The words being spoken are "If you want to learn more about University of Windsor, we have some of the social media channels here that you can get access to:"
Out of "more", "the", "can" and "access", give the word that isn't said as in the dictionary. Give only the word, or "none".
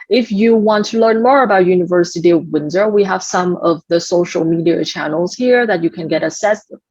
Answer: access